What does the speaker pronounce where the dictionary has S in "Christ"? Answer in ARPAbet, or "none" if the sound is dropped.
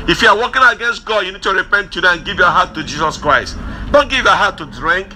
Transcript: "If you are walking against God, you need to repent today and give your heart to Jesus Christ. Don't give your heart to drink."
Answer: S